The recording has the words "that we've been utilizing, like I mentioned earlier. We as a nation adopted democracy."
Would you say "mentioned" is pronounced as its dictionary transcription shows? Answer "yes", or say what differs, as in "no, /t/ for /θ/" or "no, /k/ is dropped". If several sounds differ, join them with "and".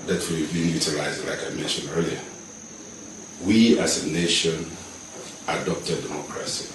no, /d/ is dropped